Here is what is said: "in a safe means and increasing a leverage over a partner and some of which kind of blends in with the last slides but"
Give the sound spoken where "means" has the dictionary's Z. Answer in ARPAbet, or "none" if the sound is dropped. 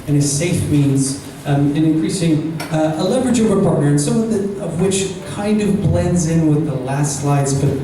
Z